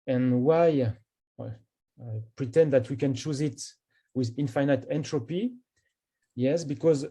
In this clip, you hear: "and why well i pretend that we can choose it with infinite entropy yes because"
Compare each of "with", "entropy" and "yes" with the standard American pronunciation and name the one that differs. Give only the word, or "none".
none